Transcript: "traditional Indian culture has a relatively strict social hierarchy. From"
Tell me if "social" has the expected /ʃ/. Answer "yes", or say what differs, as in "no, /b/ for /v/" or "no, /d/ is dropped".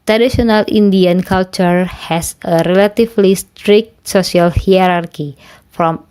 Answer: no, /s/ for /ʃ/